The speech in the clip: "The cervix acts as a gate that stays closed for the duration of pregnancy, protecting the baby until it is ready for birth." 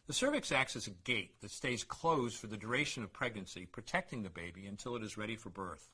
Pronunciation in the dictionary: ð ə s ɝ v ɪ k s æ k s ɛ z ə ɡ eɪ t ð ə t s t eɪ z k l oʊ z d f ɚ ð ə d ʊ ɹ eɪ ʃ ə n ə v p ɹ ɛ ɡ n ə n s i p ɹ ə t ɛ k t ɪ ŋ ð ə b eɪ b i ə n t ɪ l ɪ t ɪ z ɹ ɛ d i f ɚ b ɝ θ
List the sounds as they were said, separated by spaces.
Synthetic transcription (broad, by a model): ð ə s ɝ v ɪ k s æ k s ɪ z ə ɡ eɪ t ð ə t s t eɪ z k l oʊ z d f ɚ ð ə d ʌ ɹ eɪ ʃ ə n ə v p ɹ ɛ ɡ n ə n s i p ɹ ə t ɛ k t ɪ ŋ ð ə b eɪ b i ə n t ɪ l ɪ t ɪ z ɹ ɛ d i f ɚ b ɝ θ